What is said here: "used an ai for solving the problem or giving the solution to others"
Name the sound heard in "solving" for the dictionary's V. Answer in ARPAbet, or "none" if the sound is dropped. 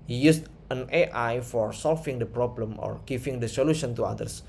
F